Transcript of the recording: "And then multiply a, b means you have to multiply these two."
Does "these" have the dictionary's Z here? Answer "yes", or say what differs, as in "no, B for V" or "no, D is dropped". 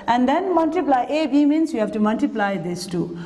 no, S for Z